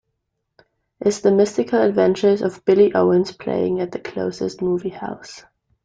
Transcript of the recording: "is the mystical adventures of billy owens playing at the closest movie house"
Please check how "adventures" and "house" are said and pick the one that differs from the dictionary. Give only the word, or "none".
none